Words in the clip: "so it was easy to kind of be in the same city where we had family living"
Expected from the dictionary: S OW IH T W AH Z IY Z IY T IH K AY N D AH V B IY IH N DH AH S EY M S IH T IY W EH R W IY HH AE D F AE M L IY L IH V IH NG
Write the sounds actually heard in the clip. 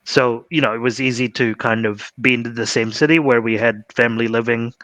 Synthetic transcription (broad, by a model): S OW IH T W AH Z IY Z IY T IH K AY N D AH V B IY IH N DH AH S EY M S IH T IY W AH R W IY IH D F AE M L IY L IH V IH NG